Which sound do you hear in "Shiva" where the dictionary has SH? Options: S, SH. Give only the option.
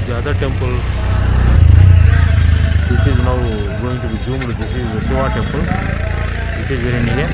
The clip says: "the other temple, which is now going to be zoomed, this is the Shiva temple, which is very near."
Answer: S